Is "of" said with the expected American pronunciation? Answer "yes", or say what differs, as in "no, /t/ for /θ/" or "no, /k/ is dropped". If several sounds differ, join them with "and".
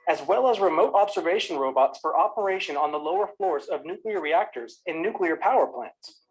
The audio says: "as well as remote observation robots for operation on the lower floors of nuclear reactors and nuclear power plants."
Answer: yes